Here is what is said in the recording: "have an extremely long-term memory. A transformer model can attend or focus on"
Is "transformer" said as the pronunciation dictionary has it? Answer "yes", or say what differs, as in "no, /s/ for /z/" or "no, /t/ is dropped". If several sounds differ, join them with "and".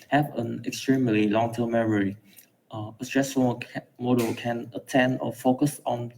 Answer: no, /n/ is dropped